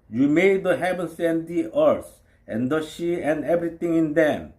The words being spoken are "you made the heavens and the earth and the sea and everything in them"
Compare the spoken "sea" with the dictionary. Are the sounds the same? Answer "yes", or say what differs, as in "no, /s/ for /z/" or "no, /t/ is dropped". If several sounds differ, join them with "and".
no, /ʃ/ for /s/